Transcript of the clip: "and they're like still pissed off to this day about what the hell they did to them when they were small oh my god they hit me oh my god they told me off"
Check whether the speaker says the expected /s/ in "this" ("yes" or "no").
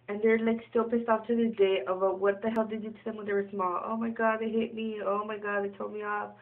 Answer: no